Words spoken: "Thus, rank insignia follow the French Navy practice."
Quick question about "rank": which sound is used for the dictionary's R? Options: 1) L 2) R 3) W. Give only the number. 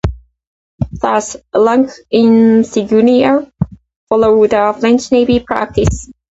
1